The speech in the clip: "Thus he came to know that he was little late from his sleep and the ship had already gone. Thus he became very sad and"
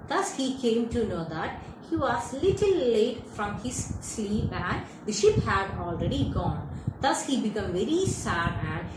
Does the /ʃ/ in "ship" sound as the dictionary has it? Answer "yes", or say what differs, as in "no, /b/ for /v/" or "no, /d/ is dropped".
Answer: yes